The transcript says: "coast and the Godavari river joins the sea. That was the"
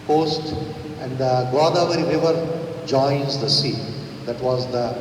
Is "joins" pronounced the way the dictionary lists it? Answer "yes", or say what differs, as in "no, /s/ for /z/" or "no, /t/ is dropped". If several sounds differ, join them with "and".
yes